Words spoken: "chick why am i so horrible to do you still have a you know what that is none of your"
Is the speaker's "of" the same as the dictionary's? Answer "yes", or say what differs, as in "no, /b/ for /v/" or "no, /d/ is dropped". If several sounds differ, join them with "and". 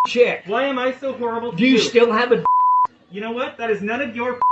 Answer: yes